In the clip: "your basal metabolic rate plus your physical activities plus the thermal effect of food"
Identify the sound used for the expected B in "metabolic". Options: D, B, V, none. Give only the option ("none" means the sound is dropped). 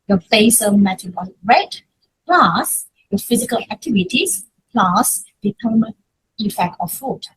none